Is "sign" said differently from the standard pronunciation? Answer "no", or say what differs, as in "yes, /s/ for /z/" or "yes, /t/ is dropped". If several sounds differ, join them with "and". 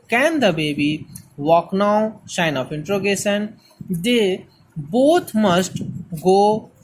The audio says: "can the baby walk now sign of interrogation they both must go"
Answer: yes, /ʃ/ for /s/